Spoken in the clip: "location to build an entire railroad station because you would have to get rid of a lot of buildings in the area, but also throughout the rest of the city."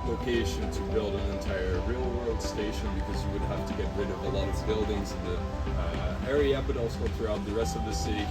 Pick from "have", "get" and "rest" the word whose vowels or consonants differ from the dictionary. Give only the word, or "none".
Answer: have